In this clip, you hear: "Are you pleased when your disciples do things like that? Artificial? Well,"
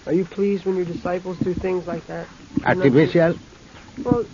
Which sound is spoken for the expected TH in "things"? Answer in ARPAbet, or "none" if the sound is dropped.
TH